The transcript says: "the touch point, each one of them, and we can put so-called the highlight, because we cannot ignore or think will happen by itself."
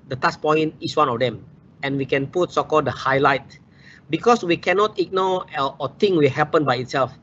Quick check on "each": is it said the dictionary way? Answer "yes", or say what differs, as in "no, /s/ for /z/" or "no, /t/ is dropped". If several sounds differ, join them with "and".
no, /s/ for /tʃ/